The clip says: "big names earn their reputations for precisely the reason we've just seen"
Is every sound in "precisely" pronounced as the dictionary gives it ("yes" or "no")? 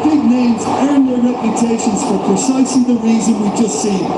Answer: no